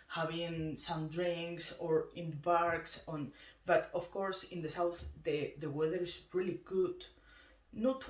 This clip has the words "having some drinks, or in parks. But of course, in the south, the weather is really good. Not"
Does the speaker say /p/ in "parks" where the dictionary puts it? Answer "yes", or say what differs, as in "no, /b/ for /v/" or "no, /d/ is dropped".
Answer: no, /b/ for /p/